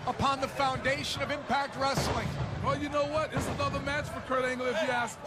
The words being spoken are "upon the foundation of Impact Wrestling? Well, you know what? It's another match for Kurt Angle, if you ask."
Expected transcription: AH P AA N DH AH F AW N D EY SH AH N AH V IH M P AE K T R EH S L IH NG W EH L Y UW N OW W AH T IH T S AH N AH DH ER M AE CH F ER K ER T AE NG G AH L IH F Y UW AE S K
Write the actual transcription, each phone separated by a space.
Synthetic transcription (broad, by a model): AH P AA N DH AH F AW N D EY SH AH N AH V IH M P AE K T R EH S L IH NG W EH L Y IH N OW W AH T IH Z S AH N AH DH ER M AE CH F ER K ER T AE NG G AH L IH F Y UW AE S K